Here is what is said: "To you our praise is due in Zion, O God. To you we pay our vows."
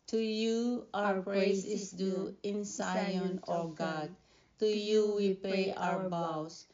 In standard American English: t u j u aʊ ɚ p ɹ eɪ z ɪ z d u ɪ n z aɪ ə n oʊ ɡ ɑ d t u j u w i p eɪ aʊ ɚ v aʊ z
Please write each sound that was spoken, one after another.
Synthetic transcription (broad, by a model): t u j u aʊ ɚ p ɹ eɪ s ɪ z d u ɪ n s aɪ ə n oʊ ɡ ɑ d t u j u w i p eɪ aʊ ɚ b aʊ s